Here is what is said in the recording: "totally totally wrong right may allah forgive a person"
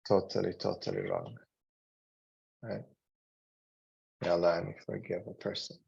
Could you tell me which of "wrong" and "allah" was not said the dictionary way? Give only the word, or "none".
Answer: allah